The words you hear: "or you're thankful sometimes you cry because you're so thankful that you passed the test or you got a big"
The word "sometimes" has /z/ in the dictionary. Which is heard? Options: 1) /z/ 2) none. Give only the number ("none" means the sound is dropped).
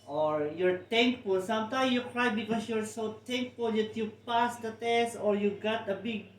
2